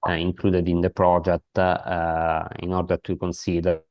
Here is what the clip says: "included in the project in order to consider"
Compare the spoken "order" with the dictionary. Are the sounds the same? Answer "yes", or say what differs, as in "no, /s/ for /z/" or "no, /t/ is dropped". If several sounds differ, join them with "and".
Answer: yes